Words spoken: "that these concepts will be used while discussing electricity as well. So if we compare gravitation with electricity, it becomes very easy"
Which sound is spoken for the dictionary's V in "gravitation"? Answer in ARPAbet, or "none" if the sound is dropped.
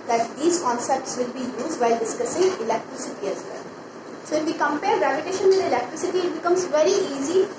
P